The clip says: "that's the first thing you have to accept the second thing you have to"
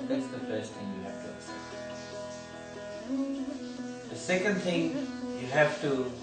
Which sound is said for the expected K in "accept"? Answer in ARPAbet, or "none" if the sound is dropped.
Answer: none